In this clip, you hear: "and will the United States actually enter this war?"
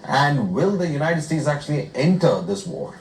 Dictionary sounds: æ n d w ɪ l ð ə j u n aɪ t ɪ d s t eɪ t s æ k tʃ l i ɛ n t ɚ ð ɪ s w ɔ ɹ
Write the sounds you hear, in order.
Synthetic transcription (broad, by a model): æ n d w ɪ l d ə j u n aɪ t ɪ d s t eɪ t s æ k tʃ l i ɛ n t ɚ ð ɪ s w ɔ ɹ